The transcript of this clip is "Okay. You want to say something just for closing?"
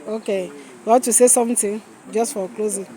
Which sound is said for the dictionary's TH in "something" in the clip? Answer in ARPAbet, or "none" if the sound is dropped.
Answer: T